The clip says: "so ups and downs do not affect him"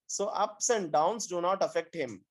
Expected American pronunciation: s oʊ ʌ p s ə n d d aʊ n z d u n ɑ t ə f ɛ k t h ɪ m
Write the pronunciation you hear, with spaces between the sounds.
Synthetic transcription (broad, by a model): s oʊ ʌ p s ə n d d aʊ n s d u n ɑ t ə f ɛ k t h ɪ m